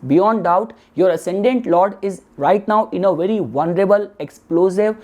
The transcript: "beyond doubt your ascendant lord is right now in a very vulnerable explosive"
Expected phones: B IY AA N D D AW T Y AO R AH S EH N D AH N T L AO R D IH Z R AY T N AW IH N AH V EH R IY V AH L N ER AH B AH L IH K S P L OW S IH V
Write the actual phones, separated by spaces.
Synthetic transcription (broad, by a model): B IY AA N D D AW T Y AO R AH S EH N D AH N T L AO R D IH Z R AY T N AW IH N AH V EH R IY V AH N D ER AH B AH L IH K S P L OW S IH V